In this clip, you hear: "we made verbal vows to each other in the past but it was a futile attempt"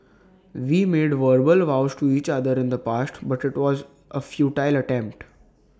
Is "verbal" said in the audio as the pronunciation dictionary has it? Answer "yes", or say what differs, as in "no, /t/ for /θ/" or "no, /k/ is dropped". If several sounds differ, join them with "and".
yes